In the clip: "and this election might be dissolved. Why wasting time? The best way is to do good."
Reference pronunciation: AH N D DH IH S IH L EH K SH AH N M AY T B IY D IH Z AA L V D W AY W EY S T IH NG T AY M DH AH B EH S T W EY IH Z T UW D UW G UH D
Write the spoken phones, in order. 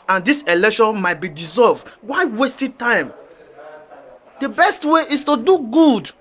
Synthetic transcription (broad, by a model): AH N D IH S IH L EH K SH AH N M AY T B IY D IH Z AA L V D W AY W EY S T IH T AY M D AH B EH S T W EY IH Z T UW D UW G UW D